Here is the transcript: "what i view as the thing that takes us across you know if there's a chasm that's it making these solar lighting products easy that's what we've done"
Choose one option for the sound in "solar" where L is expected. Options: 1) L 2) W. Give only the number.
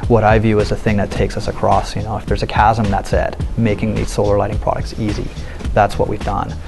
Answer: 1